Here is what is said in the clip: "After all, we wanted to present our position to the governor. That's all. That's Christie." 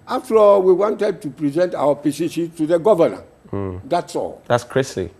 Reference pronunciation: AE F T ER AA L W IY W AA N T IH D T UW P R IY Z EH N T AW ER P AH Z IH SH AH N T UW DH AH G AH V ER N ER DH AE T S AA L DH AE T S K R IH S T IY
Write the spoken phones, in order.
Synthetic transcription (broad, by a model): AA F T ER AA W IY W AA N T IH D T UW P R IY Z EH N T AW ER P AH S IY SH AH T UW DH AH G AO V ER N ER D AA T S AA L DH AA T S K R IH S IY